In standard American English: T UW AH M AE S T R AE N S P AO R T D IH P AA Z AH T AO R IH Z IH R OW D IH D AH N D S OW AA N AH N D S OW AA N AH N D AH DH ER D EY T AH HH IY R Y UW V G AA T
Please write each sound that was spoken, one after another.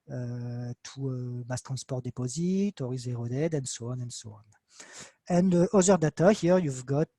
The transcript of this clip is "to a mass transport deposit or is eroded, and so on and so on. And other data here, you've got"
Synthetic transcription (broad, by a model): T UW AH M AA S T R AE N S P AO R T D IH P AA Z AH T AO R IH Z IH R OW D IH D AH N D S OW AA N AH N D S OW AA N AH N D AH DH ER D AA T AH HH IY R Y UW V G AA T